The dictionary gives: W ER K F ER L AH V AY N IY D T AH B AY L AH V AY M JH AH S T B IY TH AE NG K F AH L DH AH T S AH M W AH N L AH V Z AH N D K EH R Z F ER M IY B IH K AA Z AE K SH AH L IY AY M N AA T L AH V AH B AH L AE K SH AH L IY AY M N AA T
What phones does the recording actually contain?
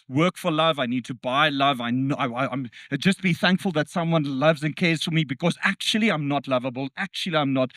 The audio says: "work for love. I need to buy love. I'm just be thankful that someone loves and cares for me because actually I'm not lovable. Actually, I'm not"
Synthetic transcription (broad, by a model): W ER K F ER L AH V AY N IY D T AH B AY L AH V AY M JH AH S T B IY TH AE NG K F AH L DH AH T S AH M W AH N L AH V Z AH N K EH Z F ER M IY B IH K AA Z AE K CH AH L IY AY M N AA T L AH V AH B AH L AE K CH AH L IY AY M N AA T